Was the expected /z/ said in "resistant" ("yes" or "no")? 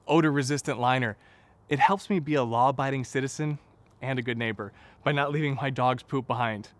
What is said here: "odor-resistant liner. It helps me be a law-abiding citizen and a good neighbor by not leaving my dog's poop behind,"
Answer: yes